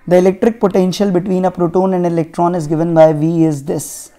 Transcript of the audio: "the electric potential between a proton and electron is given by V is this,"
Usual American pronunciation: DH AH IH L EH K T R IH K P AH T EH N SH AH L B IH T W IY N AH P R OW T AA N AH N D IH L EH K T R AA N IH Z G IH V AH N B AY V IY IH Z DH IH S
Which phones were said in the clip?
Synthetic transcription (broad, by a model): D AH IH L EH K T R IH K P AH T EH N SH AH L B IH T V IY N AH P R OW T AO N AH N D IH L EH K T R AA N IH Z G IH V AH N B AY V IY IH Z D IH S